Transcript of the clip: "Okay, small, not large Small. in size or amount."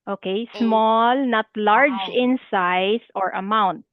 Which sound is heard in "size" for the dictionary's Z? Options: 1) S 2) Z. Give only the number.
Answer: 1